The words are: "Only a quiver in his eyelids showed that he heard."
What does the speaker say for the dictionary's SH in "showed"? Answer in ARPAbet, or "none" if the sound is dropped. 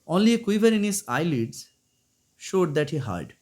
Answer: SH